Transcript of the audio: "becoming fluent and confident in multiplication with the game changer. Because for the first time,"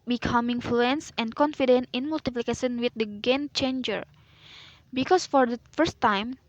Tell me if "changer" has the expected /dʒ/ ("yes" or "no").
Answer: yes